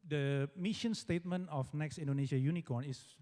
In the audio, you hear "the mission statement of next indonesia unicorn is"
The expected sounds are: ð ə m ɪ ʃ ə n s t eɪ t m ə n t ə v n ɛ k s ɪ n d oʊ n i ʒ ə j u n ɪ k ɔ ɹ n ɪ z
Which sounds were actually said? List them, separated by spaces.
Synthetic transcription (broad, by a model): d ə m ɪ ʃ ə n s t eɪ t m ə n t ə f n ɛ k s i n d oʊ n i ʃ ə j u n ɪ k ɔ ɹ n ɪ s